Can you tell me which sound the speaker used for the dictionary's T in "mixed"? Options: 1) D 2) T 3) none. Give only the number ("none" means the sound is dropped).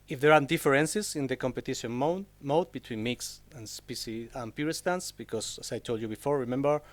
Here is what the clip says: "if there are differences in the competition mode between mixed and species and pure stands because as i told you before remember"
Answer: 3